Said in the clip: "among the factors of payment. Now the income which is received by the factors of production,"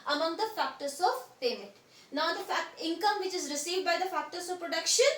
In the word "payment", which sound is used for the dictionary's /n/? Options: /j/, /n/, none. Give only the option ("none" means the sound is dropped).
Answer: none